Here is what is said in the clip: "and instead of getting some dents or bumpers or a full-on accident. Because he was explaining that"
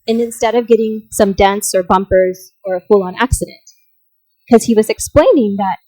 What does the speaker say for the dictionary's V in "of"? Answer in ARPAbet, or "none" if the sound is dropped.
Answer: V